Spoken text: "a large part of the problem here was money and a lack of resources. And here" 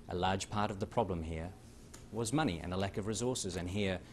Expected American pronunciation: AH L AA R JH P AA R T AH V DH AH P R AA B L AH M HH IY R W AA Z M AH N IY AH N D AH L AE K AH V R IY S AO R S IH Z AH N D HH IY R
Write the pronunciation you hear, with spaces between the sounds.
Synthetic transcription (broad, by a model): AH L AA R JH P AA R T AH V DH AH P R AA B L AH M HH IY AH W AA Z M AH N IY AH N AH L AE K AH V R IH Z AO R S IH Z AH N HH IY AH